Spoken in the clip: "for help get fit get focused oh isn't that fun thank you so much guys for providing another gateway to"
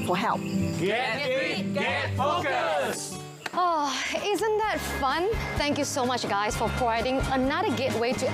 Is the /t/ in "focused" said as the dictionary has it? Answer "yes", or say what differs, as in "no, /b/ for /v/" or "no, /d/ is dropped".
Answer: no, /t/ is dropped